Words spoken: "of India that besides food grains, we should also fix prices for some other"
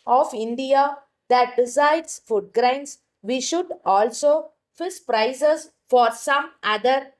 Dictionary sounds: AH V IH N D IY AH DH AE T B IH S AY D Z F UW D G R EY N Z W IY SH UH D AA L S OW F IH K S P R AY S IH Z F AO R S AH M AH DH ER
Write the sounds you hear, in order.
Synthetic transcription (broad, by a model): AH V IH N D IY AH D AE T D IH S AY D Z F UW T G R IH N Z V IY SH UH D AA L S OW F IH S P R AY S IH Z F AO R S AH M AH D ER